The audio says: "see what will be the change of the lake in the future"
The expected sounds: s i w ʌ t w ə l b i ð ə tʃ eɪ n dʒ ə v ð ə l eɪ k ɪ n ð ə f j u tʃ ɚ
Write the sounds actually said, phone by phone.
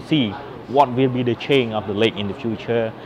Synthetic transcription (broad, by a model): s i w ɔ t w ə l b i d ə tʃ eɪ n ə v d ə l eɪ k ɪ n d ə f j u tʃ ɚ